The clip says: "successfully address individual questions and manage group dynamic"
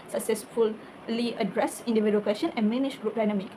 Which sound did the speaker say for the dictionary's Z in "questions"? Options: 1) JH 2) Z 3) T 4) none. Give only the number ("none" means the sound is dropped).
4